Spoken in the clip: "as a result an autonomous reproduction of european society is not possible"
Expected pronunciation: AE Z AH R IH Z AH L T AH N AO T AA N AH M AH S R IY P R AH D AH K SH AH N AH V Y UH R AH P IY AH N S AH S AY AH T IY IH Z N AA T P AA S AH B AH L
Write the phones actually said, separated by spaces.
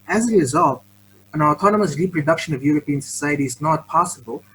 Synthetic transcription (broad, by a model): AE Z AH R IH Z AH L T AH N AO T AA N AH M AH S R IY P R AH D AH K SH AH N AH V Y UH R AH P IY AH N S AH S AY AH T IY IH Z N AA T P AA S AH B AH L